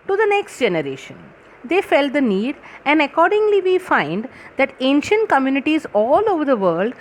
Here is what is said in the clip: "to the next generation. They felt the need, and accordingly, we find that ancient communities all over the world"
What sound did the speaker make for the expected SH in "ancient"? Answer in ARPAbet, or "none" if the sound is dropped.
SH